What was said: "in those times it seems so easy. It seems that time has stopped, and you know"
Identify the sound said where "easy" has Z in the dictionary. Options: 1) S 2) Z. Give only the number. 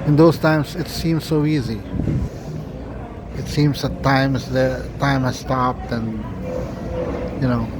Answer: 2